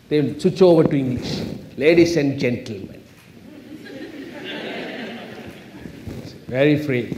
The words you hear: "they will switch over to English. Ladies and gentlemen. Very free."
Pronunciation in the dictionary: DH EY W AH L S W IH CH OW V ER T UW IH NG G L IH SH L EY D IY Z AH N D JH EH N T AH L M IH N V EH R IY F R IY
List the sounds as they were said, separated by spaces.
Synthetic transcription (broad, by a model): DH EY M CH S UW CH OW V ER T UW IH NG G L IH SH L EY D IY S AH N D JH EH N T AH L M IH N V EH R IY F R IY